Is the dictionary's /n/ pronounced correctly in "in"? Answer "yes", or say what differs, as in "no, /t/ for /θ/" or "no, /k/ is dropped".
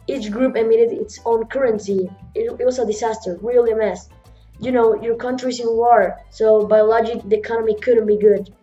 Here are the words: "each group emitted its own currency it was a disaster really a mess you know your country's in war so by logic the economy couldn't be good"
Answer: no, /l/ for /n/